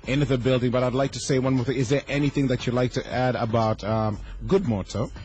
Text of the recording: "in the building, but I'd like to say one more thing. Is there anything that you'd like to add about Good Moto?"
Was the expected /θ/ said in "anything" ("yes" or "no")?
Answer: yes